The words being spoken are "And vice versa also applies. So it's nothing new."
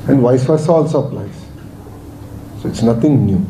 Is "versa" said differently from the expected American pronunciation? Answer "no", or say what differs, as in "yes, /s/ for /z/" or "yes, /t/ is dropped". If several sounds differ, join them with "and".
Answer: yes, /f/ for /v/